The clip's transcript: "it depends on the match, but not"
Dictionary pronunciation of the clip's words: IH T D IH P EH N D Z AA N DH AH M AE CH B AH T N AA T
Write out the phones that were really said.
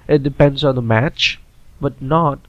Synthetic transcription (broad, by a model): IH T D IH P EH N D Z AA N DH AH M AE CH B AH T N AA T